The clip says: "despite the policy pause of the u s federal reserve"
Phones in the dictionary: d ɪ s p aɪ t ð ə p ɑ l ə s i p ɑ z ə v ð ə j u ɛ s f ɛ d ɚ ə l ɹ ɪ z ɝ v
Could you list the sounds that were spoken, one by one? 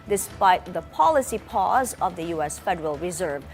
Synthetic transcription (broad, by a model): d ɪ s p aɪ t ð ə p ɑ l ə s i p ɑ z ə v ð ə j u ɛ s f ɛ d ɚ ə l ɹ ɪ z ɝ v